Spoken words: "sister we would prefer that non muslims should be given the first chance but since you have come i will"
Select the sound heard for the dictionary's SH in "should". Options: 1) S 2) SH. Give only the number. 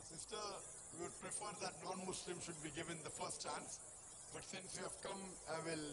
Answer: 2